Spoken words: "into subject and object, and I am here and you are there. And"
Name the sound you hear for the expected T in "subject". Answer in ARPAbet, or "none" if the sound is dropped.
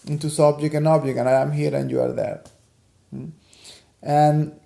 none